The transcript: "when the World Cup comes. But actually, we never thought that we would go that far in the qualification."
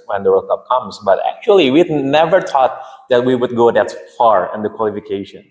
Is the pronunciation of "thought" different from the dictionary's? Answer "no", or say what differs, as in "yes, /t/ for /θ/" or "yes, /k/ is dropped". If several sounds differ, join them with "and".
yes, /t/ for /θ/